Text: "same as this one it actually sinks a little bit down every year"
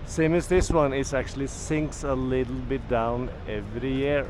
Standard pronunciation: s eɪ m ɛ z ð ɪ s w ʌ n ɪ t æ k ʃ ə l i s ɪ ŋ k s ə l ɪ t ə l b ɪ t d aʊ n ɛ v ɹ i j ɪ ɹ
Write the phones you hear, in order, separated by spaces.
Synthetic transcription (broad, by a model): s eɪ m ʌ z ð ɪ s w ʌ n ɪ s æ k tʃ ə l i s ɪ ŋ k s ə l ɪ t l b ɪ t d aʊ n ɛ v ɹ i j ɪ ɹ